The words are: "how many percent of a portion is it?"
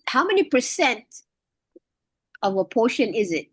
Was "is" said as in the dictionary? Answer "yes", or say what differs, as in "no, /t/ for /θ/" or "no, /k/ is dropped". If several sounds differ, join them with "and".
yes